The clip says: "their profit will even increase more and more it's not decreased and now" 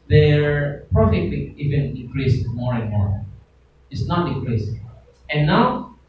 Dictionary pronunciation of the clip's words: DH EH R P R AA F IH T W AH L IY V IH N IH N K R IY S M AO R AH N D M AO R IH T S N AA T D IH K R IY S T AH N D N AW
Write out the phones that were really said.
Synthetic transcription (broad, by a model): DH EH R P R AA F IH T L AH IY V IH N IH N K R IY S M AO R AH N M AO R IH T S N AA T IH K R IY S AH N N AW